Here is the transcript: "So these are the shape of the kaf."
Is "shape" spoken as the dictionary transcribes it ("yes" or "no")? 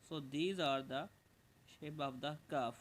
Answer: no